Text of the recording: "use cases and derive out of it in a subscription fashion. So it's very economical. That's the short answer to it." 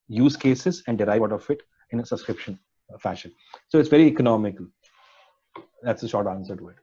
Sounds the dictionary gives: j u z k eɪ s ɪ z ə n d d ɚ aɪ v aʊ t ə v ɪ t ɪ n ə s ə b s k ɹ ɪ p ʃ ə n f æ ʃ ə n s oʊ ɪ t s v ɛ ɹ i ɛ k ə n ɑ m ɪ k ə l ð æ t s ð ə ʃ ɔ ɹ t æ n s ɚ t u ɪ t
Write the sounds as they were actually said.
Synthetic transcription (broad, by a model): j u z k eɪ s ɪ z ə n d d aɪ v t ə f ɪ t ɪ n ə s ə b s k ɹ ɪ p ʃ ə n f æ ʃ ə n s oʊ ɪ t s v ɛ ɹ i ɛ k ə n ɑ m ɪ k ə l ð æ t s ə ʃ ɔ ɹ t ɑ n s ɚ t u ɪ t